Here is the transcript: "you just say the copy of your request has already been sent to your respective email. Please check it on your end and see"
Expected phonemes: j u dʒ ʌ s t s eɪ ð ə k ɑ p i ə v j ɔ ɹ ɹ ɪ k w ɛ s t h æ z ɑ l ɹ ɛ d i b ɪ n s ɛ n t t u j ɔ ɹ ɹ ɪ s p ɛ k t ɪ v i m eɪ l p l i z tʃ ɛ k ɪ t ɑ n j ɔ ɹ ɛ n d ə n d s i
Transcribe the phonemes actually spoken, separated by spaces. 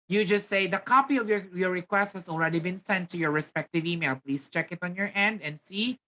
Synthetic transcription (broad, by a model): j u dʒ ʌ s t s eɪ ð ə k ɑ p i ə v j ɔ ɹ ɹ ɪ k w ɛ s t h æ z ɑ l ɹ ɛ d i b ɪ n s ɛ n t t u j ɔ ɹ ɹ ɪ s p ɛ k t ɪ v i m eɪ l p l i s tʃ ɛ k ɪ t ɑ n j ɔ ɹ ɛ n d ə n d s i